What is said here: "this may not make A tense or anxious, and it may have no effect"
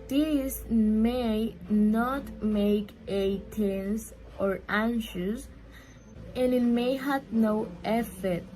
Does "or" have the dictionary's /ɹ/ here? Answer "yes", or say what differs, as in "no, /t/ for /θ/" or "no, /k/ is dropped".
yes